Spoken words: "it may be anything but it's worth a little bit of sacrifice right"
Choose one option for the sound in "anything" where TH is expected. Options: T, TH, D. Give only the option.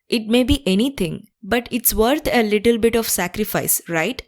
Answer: T